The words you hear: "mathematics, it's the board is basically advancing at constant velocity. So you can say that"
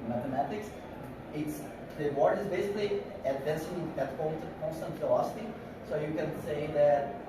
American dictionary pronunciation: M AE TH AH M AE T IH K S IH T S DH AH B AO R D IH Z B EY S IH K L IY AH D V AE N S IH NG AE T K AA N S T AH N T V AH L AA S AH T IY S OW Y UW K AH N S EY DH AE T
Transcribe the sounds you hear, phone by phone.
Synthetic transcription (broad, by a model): M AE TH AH M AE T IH K S IH T S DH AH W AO R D IH Z B EY S IH K L IY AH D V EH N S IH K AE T K AA N S T AH N T F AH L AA S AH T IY S OW Y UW K AH N S EY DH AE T